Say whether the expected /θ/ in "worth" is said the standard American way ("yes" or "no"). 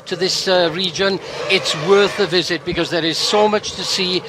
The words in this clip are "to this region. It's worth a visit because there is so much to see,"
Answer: yes